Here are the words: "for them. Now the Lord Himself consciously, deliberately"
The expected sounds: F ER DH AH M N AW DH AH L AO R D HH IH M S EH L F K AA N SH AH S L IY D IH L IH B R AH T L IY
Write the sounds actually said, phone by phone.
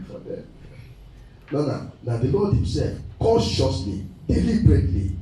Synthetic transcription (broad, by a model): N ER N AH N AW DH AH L AO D HH IH M S EH L F K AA SH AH S L IY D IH L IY B R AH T L IY